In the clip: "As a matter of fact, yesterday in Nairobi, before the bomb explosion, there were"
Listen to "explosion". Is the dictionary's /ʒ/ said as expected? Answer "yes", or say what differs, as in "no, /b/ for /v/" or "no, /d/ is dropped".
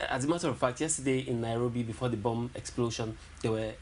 no, /ʃ/ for /ʒ/